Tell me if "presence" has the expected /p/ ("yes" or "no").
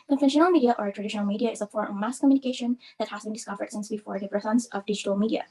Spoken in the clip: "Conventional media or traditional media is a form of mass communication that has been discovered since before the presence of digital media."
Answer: no